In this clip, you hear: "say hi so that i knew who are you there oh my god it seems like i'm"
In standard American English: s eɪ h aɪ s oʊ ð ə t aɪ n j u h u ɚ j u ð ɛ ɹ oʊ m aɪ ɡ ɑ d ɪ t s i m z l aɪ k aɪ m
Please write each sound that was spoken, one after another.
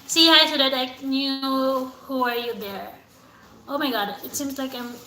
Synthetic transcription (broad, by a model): s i h aɪ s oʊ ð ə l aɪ n j u h u ɚ j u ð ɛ ɹ oʊ m aɪ ɡ ɑ d ɪ t s i m z l aɪ k aɪ m